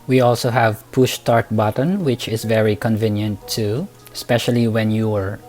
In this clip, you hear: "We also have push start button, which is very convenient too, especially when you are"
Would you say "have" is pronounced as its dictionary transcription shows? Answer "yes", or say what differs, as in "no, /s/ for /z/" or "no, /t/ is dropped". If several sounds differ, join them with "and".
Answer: yes